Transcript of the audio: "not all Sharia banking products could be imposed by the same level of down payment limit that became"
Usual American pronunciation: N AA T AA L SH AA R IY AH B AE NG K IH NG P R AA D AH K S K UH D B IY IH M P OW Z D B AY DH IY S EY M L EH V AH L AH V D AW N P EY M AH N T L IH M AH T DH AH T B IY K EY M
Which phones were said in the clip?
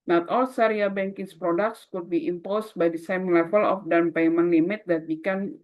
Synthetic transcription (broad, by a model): N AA T AA L S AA R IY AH B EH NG K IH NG P R AA D AH K S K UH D B IY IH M P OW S B AY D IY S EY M L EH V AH L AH F D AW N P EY M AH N L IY M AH T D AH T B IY K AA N